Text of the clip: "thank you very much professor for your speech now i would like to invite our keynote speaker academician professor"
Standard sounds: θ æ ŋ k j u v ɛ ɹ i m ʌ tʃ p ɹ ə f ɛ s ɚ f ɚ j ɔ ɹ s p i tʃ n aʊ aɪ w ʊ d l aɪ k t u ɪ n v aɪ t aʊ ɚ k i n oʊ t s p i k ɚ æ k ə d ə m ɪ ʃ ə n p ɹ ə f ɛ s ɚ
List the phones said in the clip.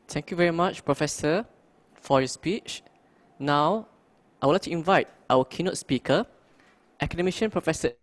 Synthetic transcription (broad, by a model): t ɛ ŋ k j u v ɛ ɹ i m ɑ tʃ p ɹ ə f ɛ s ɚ f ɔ j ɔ s p i tʃ n aʊ aɪ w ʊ l aɪ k t u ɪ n v aɪ t aʊ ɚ k i n oʊ t s p i k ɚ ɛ k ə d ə m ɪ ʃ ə n p ɹ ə f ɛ s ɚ